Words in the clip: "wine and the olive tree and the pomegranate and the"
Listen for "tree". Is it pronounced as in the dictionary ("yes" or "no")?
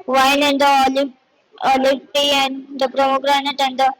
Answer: no